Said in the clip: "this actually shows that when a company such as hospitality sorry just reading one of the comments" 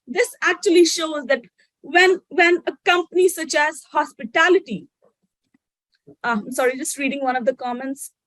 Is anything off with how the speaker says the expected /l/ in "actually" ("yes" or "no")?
no